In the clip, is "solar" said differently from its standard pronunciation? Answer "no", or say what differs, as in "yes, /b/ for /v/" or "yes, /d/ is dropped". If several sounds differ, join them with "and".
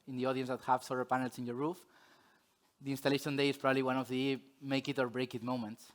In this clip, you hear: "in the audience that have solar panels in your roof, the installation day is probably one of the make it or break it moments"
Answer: yes, /l/ is dropped